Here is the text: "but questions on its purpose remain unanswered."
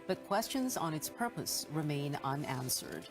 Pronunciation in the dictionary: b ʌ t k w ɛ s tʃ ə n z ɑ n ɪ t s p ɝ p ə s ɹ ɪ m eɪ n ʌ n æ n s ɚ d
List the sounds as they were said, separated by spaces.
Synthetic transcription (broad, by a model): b ʌ t k w ɛ s tʃ ə n z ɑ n ɪ t s p ɝ p ə s ɹ ɪ m eɪ n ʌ n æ n s ɚ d